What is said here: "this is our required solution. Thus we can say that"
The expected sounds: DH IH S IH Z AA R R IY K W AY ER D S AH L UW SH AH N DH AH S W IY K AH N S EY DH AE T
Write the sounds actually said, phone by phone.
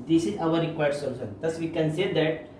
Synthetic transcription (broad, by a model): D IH S IH Z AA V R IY K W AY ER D S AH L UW S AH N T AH S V IY K AH N S EY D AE T